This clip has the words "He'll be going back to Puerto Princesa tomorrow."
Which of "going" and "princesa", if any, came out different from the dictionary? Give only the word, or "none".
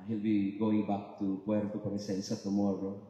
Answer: princesa